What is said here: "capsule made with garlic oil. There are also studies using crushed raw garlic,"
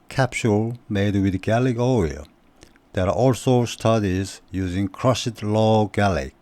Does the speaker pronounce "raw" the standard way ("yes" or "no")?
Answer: no